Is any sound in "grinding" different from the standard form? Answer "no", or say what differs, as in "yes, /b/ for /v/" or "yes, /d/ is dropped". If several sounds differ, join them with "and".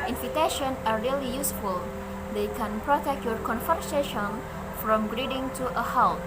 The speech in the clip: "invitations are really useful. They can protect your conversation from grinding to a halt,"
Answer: yes, /n/ is dropped